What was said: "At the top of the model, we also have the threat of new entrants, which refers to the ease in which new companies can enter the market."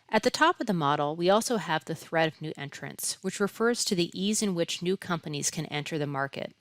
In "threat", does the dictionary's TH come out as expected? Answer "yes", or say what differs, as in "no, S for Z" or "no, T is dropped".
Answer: yes